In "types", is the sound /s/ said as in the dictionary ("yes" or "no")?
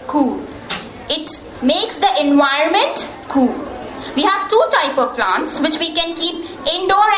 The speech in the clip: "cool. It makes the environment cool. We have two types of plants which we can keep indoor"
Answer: no